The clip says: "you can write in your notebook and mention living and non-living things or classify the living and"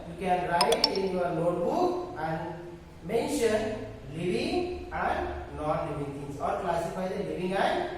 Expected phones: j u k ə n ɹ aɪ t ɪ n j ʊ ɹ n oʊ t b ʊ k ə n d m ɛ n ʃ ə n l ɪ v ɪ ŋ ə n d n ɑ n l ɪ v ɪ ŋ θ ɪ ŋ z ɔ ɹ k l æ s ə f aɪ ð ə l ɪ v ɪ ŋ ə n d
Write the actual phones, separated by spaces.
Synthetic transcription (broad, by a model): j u k ə n ɹ aɪ t ɪ n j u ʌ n oʊ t b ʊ k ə n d m ɛ n ʃ ə n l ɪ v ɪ ŋ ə n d n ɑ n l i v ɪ ŋ t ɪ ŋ s ɔ ɹ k l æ s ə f aɪ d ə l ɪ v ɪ ŋ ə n